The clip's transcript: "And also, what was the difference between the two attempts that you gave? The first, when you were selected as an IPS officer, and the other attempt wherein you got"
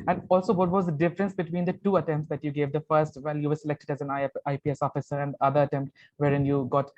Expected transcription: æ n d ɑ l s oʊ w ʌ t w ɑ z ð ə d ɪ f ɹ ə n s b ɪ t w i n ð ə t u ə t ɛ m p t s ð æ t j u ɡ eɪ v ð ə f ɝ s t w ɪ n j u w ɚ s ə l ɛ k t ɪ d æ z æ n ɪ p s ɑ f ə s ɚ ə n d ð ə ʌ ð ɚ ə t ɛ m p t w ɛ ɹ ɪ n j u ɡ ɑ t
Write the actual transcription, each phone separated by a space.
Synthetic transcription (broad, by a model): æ n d ɑ l s oʊ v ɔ t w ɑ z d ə d ɪ f ɹ ə n s b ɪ t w i n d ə t u ə t ɛ m p t s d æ t j u ɡ eɪ v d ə f ɝ s t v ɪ l j u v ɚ s ə l ɛ k t ɪ d æ z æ n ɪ p s ɑ f ə s ɚ ə n d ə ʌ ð ɚ ə t ɛ m p t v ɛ ɹ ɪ n j u ɡ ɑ t